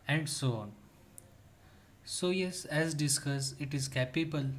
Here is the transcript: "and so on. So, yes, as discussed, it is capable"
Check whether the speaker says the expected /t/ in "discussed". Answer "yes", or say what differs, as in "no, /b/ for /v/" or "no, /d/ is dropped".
no, /t/ is dropped